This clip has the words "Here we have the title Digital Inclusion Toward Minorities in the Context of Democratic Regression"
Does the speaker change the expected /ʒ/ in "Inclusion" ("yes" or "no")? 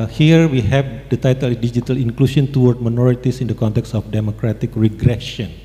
yes